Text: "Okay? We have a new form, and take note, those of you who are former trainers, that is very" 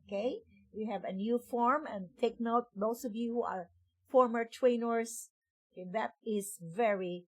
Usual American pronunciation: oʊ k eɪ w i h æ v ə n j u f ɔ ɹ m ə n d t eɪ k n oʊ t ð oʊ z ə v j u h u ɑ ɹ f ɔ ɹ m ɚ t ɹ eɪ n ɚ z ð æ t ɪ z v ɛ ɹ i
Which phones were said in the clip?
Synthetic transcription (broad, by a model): k eɪ w i h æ v ə n j u f ɔ ɹ m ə n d t eɪ k n oʊ t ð oʊ s ə v j u h u ɑ ɹ f ɔ ɹ m ɚ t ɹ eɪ n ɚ s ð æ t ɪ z v ɛ ɹ i